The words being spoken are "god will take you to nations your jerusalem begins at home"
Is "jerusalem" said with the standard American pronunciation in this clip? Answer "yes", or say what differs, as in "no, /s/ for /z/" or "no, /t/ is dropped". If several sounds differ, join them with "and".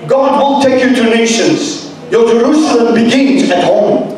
yes